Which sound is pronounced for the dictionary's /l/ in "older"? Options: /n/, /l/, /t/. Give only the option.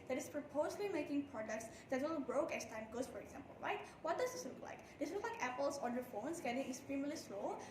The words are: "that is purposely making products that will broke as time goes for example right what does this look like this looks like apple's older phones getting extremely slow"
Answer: /n/